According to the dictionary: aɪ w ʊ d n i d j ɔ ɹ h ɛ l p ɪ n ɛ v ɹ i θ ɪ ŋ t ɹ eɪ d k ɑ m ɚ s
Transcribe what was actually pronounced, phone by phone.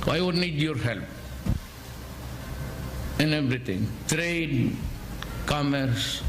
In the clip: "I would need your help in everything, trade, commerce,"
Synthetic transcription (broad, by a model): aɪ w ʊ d n i d j ɔ ɹ h ɛ l p ɪ n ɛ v ɹ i t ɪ ŋ t ɹ eɪ d k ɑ m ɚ s